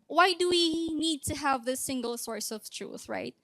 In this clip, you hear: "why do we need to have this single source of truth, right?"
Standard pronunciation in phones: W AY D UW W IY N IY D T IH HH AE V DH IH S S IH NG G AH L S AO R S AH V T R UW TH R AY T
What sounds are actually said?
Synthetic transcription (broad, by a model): W AY D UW W IY N IY D T IH HH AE V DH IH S S IH NG G AH L S AO R S AH V T R UW TH R AY T